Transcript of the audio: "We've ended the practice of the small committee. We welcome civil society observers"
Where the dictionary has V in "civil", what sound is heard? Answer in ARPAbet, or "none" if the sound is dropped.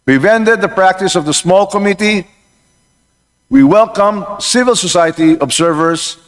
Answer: V